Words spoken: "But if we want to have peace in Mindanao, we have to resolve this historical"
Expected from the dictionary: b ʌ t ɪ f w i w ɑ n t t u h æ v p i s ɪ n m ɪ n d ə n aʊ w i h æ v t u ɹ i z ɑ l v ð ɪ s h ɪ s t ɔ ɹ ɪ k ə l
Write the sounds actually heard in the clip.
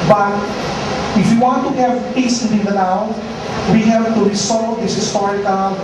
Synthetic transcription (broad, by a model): b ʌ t ɪ f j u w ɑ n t t u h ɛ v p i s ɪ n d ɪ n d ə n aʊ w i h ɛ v t u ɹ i s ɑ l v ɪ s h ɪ s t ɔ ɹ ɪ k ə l